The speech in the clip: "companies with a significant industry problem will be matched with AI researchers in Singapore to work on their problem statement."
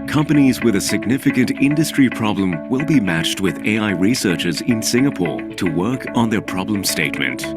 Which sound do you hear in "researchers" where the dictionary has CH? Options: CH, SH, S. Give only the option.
CH